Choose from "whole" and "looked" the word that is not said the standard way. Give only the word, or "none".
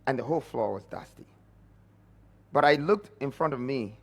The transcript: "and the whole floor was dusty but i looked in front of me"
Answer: none